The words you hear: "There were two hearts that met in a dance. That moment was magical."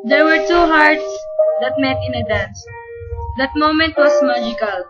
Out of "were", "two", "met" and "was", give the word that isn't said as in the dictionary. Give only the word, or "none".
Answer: was